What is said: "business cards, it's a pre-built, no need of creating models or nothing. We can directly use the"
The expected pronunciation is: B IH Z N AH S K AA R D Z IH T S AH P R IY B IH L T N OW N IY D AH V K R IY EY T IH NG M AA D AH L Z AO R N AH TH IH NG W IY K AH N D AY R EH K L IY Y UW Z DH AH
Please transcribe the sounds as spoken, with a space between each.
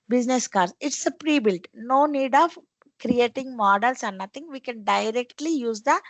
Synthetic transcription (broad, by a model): B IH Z N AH S K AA R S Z IH T S AH P R IY B IH L T N OW N IY D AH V K R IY EY T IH NG M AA D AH L S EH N N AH T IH NG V IY K AH N D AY R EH K L IY Y UW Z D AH